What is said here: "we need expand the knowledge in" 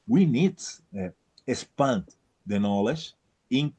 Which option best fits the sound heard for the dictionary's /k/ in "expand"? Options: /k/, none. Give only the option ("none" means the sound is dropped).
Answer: none